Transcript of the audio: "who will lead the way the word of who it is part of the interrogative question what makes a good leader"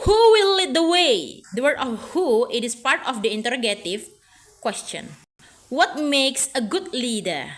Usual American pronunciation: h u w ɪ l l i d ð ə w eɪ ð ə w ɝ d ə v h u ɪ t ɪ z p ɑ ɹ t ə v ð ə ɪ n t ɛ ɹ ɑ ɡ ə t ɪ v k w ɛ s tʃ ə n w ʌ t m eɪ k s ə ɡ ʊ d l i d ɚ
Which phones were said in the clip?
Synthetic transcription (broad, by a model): h u w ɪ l l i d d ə w eɪ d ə w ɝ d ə f h u ɪ t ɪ s p ɑ ɹ t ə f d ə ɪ n t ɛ ɹ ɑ ɡ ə t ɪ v k w ɛ s tʃ ə n w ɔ t m eɪ k s ə ɡ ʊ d l i d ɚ